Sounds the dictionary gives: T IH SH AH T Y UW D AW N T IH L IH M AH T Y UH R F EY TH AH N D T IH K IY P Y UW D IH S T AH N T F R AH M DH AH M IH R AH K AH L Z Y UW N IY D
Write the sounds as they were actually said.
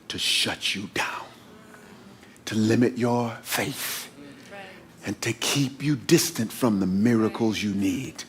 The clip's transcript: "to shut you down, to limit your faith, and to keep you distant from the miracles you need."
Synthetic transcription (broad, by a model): T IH SH AH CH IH D AW N T IH L IH M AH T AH R F EY TH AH N T IH K IY P Y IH D IH S T AH N T F R AH M DH AH M IH R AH K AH L Z Y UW N IY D